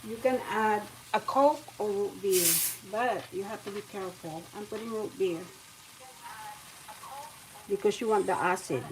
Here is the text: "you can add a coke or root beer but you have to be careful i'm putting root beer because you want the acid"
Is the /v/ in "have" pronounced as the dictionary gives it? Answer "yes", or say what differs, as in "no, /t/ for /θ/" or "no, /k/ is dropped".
no, /f/ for /v/